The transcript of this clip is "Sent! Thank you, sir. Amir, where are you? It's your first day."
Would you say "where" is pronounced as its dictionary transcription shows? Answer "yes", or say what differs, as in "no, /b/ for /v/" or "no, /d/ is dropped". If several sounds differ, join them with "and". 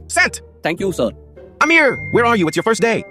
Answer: yes